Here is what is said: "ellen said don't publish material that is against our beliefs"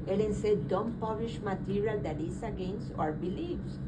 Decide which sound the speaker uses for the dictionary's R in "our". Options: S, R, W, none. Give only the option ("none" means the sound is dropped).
R